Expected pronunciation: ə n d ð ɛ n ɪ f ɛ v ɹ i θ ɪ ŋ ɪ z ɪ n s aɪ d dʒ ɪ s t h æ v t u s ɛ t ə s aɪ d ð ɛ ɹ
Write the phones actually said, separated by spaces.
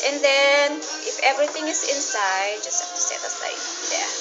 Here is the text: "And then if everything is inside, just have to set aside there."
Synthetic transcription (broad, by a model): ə n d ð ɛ n ɪ f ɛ v ɹ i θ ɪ ŋ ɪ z ɪ n s aɪ d dʒ ɪ s t h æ f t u s ɛ t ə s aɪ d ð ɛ